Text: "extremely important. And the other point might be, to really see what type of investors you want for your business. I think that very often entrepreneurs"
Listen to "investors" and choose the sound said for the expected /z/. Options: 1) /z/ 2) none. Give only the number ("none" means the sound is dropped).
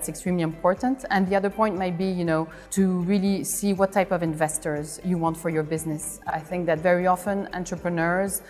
1